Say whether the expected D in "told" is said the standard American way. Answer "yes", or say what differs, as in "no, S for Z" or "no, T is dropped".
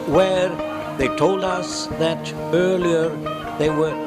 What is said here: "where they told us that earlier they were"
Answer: yes